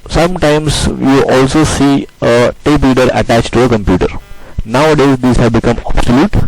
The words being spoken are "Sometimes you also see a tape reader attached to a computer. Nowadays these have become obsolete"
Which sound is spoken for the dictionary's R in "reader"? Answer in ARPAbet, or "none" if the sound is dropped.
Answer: L